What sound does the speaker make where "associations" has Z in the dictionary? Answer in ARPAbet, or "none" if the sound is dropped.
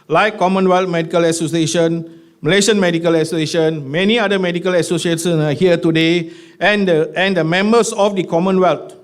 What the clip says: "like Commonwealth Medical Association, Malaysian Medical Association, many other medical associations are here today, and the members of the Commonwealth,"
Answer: none